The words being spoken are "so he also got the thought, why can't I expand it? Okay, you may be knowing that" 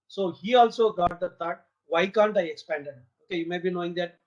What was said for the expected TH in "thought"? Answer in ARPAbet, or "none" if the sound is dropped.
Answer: T